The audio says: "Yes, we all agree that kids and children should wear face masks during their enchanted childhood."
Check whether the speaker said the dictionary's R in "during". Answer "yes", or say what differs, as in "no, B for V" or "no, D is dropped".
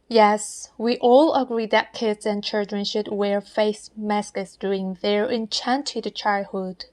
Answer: no, R is dropped